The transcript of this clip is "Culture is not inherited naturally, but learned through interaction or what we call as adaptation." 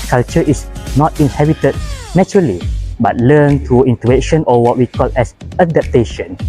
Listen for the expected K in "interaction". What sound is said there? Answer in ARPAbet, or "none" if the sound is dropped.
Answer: none